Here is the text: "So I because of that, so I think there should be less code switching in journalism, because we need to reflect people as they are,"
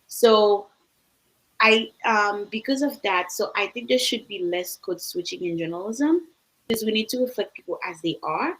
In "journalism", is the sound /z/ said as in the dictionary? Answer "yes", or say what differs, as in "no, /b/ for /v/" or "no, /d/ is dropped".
yes